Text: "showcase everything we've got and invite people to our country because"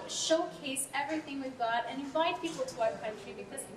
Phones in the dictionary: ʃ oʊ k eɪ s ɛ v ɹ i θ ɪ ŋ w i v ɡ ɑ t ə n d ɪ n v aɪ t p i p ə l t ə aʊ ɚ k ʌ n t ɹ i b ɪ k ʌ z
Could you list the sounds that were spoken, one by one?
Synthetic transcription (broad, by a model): ʃ oʊ k eɪ s ɛ v ɹ i θ ɪ ŋ w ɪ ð ɡ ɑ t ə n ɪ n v aɪ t p i p l t ə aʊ k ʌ n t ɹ i b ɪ k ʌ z